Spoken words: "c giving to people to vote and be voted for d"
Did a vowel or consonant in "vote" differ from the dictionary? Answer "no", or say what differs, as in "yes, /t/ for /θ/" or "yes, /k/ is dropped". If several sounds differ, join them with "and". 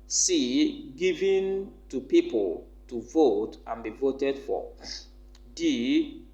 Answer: no